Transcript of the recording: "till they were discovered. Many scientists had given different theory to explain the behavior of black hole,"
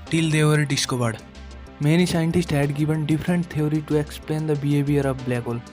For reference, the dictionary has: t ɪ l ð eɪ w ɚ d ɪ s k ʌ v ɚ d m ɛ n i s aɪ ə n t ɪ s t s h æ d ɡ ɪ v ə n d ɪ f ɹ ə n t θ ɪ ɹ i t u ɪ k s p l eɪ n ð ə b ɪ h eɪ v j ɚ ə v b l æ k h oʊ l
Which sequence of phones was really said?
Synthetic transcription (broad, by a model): t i l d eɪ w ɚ d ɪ s k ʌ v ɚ d m ɛ n i s aɪ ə n t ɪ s t h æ d ɡ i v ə n d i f ɹ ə n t t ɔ ɹ i t u ɪ k s p l eɪ n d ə b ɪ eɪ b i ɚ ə p b l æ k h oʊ l